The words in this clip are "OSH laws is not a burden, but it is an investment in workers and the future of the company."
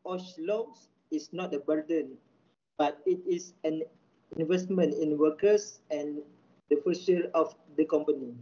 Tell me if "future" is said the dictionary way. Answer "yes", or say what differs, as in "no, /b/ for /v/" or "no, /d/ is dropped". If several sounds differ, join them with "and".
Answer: no, /s/ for /tʃ/